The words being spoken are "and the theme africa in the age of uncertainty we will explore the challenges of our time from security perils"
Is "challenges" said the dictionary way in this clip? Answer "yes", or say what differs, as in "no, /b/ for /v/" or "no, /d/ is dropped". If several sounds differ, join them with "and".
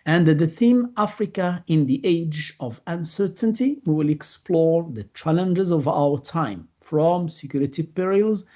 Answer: yes